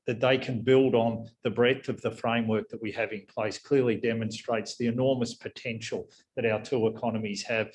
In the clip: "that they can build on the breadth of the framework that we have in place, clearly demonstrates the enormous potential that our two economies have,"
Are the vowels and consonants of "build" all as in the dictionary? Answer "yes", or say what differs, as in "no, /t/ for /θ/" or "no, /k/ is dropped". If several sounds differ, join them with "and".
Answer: yes